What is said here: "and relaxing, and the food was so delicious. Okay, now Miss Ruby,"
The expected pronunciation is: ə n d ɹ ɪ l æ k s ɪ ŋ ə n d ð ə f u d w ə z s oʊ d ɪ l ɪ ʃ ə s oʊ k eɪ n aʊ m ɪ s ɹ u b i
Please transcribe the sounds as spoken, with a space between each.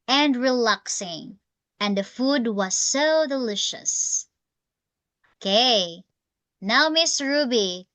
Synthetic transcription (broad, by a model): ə n d ɹ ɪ l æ k s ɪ ŋ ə n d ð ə f u d w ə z s oʊ d ɪ l ɪ ʃ ə s oʊ k eɪ n aʊ m ɪ s ɹ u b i